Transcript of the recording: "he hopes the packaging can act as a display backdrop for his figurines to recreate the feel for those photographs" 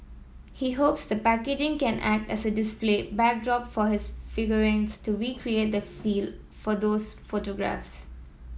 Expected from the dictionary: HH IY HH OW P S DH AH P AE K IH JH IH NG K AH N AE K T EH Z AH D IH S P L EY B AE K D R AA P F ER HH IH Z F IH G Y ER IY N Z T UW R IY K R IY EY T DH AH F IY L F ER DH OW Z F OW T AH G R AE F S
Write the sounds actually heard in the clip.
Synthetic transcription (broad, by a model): HH IY HH OW P S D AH P AE K IH JH IH NG K AH N AE K T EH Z AH D IH S P L EY B AE K D R AA P F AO HH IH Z F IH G Y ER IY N S T UW R IY K R IY EY T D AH F IY L F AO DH OW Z F OW T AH G R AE F S